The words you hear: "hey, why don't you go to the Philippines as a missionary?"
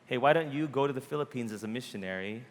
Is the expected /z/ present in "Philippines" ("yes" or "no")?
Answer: yes